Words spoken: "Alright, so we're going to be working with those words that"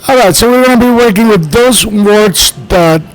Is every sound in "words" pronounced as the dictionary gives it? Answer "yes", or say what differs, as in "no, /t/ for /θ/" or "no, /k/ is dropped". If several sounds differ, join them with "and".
no, /s/ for /z/